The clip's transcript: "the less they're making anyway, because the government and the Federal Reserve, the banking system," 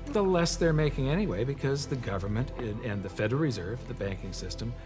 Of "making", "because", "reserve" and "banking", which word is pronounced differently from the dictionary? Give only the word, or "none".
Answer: none